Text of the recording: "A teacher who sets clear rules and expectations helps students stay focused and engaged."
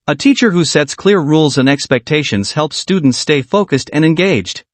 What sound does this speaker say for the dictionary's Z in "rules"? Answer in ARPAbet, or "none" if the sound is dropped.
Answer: Z